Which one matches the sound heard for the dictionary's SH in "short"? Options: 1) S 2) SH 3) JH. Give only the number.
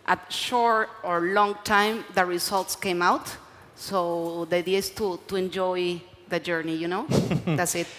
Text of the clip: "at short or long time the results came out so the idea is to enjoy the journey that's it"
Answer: 2